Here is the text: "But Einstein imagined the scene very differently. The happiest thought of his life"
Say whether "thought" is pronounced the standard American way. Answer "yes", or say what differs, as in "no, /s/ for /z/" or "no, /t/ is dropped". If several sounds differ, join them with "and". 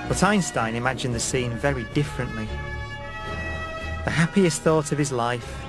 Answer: yes